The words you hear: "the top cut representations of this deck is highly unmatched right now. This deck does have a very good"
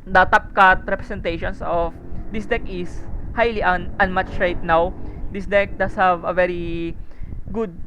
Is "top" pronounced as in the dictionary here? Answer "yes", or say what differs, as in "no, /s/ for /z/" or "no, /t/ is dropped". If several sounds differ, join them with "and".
yes